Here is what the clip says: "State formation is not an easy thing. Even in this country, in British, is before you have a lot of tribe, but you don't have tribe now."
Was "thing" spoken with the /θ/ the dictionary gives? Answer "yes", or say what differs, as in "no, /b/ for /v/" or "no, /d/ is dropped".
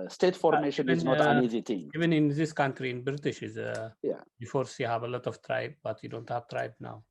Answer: no, /t/ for /θ/